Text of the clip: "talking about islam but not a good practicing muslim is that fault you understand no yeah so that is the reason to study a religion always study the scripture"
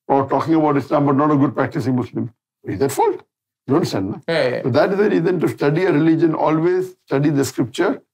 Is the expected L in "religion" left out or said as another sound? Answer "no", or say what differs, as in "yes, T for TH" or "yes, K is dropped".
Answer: no